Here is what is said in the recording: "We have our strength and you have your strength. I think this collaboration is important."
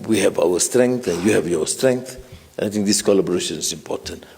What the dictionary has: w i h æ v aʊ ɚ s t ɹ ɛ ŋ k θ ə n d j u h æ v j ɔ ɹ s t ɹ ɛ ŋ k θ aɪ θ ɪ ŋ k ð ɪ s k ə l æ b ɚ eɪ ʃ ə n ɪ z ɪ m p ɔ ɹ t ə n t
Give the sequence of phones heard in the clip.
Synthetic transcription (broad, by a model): w i h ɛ v aʊ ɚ s t ɹ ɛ ŋ k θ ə n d j u h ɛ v j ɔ s t ɹ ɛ ŋ k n aɪ t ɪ ŋ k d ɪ s k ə l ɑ b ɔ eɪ ʃ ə n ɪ s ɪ m p ɔ t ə n t